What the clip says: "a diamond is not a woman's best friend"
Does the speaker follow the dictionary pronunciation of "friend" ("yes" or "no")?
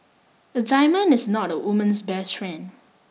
no